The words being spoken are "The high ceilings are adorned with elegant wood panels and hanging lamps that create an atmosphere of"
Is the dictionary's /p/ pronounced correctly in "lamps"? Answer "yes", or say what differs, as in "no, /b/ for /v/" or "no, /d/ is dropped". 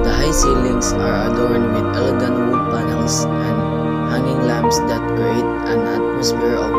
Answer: no, /b/ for /p/